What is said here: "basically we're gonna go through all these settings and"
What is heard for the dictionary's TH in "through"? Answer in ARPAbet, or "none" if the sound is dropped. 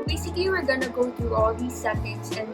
T